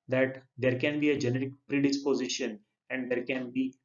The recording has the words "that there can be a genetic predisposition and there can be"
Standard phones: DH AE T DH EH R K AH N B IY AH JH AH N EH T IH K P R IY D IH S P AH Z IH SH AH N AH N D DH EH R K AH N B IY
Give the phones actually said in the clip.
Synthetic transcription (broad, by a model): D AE T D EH R K AH N B IY AH JH AH N EH T IH K P R IY D IH S P AH Z IH SH AH N AH N D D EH R K AH N B IY